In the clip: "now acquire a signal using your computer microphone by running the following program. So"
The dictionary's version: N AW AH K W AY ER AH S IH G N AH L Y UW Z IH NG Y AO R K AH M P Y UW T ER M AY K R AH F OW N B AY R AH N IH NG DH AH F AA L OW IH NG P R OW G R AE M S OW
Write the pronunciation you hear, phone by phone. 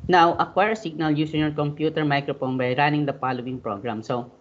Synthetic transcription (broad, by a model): N AW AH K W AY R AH S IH G N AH L Y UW S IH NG Y AO R K AH M P Y UW T ER M AY K R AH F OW N B AY R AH N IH NG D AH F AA L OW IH NG P R OW G R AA M S OW